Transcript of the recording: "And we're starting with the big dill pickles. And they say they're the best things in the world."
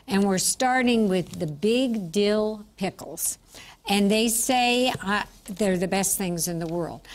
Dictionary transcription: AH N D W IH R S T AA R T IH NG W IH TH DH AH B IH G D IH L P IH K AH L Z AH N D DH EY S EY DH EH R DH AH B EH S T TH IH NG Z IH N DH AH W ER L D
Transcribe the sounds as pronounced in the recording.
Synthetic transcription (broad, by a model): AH N W IH R S T AA R T IH NG W IH DH AH B IH G D IH L P IH K L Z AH N DH EY S EY DH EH R DH AH B EH S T TH IH NG Z IH N DH AH W ER L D